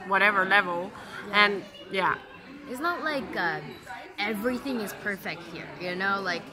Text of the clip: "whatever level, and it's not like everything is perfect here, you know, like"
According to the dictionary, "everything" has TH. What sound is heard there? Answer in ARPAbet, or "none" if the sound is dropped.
TH